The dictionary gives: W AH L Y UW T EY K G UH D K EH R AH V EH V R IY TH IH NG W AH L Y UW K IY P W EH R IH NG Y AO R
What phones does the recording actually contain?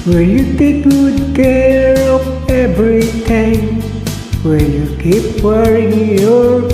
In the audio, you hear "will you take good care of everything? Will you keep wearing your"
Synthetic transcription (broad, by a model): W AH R Y UW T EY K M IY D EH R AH P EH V R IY T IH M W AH Y UW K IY P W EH R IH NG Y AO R